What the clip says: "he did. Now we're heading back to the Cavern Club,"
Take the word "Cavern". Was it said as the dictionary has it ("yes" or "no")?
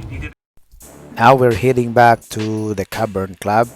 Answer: no